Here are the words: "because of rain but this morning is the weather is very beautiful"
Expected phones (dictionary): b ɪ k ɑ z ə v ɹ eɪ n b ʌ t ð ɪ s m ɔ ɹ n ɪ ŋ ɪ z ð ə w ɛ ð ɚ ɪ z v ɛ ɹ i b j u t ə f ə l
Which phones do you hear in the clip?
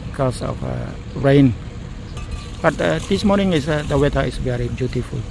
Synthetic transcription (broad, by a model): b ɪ k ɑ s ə f ɹ eɪ n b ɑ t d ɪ s m ɔ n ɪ ŋ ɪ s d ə w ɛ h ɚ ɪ s v ɛ ɹ i b j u t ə f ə l